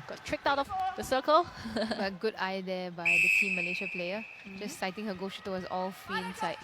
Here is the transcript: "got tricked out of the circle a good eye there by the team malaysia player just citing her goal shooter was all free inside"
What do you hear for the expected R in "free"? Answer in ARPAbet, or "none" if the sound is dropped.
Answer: none